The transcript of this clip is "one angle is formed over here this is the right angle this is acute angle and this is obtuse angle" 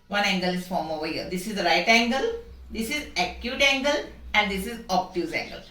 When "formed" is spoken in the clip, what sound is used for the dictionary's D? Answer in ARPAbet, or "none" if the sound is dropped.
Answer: none